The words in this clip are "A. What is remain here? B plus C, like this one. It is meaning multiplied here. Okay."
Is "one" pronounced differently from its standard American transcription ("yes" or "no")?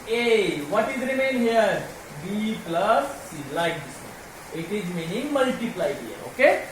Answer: yes